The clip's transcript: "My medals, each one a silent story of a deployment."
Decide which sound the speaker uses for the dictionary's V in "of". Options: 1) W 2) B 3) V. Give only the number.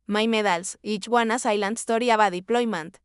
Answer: 2